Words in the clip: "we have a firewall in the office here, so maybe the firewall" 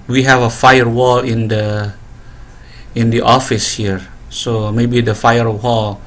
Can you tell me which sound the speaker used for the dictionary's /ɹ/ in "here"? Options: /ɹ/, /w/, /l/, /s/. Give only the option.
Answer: /ɹ/